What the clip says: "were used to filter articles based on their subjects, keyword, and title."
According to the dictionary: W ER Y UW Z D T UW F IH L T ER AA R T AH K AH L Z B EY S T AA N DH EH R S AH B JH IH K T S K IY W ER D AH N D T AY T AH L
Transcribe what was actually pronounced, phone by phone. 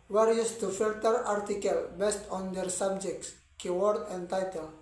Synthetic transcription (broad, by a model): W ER Y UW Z T UW F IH L T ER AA R T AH K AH L B EY S T AA N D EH R S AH B JH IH K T S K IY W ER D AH N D T AY T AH L